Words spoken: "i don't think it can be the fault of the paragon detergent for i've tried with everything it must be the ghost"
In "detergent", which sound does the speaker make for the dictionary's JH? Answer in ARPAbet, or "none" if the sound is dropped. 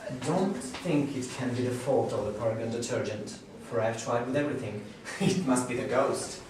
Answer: JH